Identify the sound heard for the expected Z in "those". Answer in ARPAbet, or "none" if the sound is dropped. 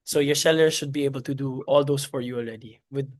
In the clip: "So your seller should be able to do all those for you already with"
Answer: S